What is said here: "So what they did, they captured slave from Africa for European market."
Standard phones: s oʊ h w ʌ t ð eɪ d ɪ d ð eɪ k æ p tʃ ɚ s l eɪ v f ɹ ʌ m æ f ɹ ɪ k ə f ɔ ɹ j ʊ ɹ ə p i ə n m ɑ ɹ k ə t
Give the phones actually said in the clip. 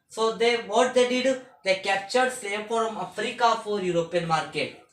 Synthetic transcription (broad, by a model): s oʊ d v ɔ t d eɪ d ɪ d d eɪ k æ p tʃ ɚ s eɪ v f ɹ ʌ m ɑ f ɹ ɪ k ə f ɔ ɹ j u ɹ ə p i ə n m ɑ ɹ k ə t